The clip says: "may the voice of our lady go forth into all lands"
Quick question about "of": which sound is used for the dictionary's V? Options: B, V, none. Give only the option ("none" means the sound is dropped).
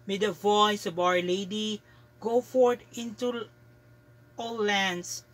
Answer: B